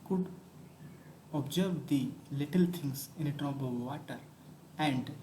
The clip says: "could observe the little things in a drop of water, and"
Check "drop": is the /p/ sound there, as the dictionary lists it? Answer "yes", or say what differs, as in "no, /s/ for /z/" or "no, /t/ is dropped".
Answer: no, /b/ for /p/